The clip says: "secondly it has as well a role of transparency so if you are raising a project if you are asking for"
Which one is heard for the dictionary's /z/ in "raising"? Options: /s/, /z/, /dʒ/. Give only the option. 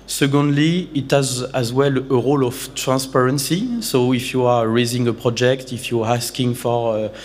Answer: /z/